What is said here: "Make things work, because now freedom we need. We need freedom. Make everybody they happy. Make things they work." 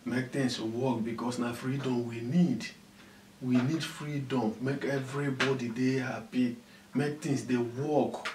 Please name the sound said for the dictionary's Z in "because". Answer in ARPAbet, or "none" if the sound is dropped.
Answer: S